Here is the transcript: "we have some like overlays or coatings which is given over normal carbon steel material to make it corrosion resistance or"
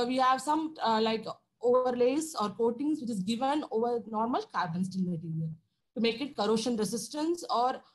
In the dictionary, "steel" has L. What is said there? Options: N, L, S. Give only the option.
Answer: N